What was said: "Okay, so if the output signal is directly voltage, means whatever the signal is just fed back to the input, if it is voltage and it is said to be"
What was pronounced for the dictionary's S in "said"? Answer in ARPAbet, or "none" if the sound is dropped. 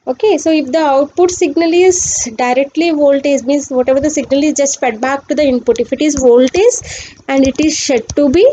SH